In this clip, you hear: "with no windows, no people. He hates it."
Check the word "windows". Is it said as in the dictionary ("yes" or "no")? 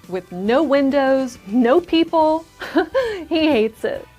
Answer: yes